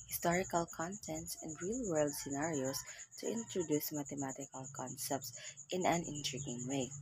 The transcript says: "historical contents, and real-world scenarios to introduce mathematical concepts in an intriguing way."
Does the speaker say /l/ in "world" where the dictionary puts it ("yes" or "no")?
yes